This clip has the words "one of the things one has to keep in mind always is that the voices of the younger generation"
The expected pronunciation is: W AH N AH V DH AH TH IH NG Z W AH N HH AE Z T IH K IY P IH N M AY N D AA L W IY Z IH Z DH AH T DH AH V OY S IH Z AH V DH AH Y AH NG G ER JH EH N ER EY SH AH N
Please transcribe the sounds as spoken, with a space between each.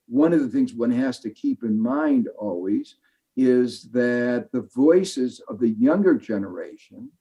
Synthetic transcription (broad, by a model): W AH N AH V DH AH TH IH NG Z W AH N HH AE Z T IH K IY P IH N M AY N D AA L W IY Z IH Z DH AH T DH AH V OY S IH Z AH V DH AH Y AH NG G ER JH EH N ER EY SH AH N